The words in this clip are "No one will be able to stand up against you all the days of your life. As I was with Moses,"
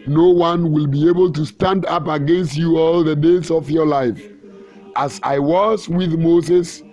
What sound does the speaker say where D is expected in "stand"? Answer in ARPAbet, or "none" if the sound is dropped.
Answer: D